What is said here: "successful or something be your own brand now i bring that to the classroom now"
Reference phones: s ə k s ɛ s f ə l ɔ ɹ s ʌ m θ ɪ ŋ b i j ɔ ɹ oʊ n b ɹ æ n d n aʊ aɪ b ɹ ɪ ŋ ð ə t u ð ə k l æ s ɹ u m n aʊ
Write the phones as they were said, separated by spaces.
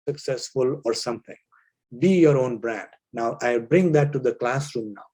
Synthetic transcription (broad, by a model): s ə k s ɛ s f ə l ɔ ɹ s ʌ m t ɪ ŋ b i j ɔ ɹ oʊ n b ɹ æ n d n aʊ aɪ b ɹ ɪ ŋ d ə t u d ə k l æ s ɹ u m n aʊ